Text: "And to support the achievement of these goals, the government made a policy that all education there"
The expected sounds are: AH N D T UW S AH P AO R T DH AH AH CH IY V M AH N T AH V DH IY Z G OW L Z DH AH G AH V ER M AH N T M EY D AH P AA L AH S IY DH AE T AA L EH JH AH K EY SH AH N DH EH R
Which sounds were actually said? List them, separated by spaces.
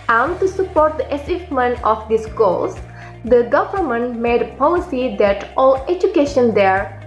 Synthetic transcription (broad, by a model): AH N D T UW S AH P AO R T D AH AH S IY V M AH N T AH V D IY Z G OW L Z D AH G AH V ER M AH N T M EY D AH P AA L AH S IY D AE T AA L EH JH AH K EY SH AH N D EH R